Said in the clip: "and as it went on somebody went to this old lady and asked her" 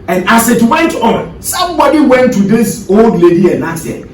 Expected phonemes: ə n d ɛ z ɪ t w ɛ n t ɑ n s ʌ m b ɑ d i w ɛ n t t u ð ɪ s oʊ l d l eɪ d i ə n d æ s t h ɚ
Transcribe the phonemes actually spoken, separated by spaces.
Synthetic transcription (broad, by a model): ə n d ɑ s ɪ t w ɛ n t ɑ n s ʌ m b ɑ d i w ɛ n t t u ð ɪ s oʊ l d l eɪ d i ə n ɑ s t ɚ